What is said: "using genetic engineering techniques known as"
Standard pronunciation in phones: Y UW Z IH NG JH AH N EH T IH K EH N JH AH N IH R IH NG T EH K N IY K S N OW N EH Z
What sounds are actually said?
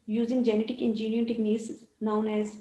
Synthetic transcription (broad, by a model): Y UW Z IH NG JH AH N EH T IH K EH N JH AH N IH IH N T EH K N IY S N OW N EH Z